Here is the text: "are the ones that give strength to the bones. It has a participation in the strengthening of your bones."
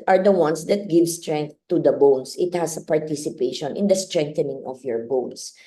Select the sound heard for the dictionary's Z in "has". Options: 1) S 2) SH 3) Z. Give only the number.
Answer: 1